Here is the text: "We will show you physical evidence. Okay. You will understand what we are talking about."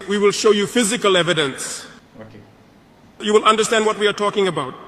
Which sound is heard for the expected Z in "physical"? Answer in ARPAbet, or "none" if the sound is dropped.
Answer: Z